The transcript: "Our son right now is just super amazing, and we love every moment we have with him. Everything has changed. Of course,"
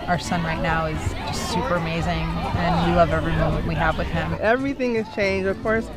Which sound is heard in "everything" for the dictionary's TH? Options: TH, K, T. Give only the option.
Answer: TH